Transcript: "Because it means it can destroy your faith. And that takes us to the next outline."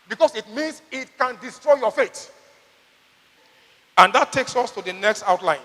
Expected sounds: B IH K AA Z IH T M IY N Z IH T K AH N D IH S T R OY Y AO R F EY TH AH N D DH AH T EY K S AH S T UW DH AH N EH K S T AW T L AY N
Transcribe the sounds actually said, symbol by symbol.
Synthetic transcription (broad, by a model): B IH K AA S IH T M IY N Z IH T K AH N D IH S T R OY Y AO F EY T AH N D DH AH T EY K S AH S T UW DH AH N EH K S T AW T L AY N